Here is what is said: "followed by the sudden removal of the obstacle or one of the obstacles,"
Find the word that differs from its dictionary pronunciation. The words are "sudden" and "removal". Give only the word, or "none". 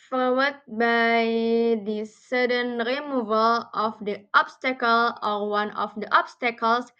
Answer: none